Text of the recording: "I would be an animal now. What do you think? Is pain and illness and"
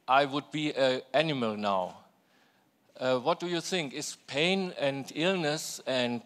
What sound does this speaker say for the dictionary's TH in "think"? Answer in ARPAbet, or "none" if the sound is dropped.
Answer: TH